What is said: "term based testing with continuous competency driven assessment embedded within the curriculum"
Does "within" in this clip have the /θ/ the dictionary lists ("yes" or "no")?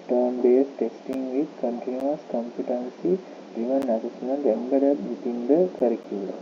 no